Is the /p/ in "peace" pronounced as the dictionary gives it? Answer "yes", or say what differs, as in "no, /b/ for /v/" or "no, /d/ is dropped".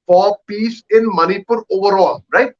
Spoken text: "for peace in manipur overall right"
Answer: yes